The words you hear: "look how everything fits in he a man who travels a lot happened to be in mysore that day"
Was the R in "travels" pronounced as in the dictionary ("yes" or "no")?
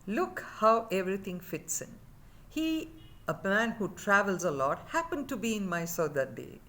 yes